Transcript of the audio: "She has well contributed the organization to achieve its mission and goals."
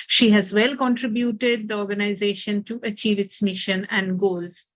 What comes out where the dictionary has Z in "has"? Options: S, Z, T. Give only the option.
Z